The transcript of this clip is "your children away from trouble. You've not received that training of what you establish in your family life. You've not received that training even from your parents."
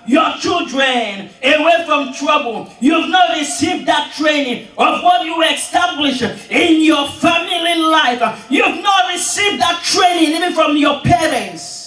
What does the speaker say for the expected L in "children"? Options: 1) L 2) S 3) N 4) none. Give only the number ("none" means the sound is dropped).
1